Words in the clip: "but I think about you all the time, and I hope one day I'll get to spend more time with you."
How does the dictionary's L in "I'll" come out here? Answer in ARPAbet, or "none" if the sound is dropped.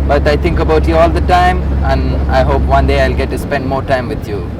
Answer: L